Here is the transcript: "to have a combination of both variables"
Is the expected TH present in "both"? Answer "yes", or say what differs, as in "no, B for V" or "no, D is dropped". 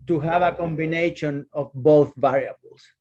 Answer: yes